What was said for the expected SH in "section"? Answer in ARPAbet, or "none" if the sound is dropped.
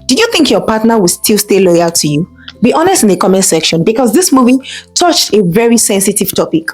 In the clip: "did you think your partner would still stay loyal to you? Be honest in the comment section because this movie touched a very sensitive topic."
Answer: SH